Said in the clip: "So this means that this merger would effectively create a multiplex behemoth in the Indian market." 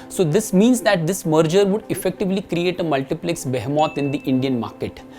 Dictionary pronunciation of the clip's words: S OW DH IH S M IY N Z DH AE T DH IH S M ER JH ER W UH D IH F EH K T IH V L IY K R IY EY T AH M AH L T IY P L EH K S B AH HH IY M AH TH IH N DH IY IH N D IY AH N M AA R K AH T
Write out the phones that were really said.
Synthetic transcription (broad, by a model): S OW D IH S M IY N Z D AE T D IH S M ER JH ER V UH D IH F EH K T IH V L IY K R IY EY T AH M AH L T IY P L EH K S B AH HH M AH T IH N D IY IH N D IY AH N M AA R K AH T